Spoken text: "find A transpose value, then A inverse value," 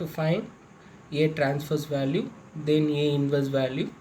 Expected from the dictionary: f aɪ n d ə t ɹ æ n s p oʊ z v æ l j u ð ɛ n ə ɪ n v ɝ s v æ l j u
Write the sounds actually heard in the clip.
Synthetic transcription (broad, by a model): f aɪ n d ə t ɹ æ n s f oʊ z v æ l j u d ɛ n ə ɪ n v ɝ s v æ l j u